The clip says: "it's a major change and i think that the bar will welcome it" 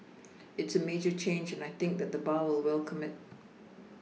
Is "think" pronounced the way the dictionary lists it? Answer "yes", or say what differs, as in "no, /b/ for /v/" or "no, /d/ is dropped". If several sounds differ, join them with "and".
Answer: yes